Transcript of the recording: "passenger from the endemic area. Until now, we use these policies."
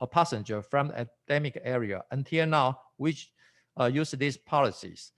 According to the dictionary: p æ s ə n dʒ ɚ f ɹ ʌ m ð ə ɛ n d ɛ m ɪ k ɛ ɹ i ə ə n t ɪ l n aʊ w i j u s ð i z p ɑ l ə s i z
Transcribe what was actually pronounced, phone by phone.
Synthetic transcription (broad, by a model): p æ s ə n dʒ ɚ f ɹ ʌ m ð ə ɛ d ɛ m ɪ k ɛ ɹ i ə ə n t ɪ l n aʊ w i j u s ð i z p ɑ l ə s i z